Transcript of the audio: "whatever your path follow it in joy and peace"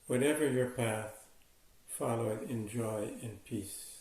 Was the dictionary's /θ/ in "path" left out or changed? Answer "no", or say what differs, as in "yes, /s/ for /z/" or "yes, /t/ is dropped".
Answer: no